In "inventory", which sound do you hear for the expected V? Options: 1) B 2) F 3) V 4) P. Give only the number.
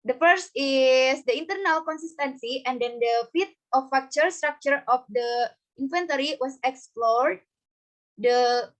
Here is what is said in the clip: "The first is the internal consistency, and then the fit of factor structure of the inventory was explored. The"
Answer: 2